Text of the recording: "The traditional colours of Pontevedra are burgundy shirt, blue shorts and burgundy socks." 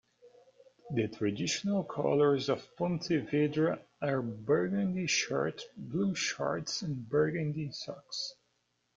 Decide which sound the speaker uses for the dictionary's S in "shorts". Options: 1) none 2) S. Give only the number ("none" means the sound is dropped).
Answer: 2